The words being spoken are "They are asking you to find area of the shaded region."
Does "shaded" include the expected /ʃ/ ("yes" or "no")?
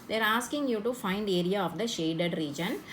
yes